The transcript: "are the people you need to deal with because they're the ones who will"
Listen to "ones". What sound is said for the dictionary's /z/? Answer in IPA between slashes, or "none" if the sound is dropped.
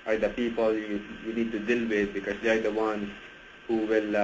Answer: none